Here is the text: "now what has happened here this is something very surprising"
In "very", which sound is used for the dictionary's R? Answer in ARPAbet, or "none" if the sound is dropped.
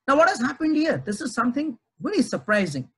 L